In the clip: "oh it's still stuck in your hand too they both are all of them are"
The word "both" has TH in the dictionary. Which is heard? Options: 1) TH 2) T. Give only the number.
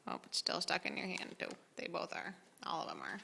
1